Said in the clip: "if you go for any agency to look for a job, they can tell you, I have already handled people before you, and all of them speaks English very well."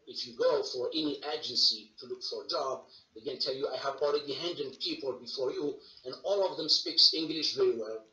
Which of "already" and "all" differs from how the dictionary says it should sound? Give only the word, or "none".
already